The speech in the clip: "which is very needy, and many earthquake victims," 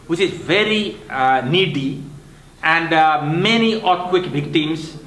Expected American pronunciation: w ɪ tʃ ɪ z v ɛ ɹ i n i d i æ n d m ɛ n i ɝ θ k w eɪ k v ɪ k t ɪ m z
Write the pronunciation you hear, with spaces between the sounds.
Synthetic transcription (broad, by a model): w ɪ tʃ ɪ z v ɛ ɹ i n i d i æ n d m ɛ n i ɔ t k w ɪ k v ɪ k t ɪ m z